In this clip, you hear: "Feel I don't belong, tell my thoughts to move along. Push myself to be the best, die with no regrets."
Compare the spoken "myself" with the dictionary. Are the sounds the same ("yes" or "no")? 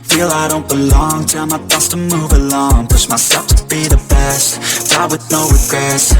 no